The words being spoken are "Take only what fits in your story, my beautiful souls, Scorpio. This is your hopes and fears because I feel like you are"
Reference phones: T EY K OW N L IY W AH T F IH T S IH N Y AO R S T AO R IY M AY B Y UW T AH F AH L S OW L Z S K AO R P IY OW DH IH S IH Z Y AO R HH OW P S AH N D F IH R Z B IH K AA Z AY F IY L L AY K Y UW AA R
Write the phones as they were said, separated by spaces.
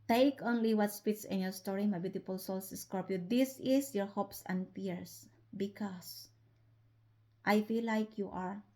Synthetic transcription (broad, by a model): T EY K OW N L IY W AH T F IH T S IH N Y AO R S T AO R IY M AY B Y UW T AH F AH L S OW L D S K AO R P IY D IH S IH S Y AO R HH OW P S AH N D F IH R S B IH K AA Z AY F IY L L AY K Y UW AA R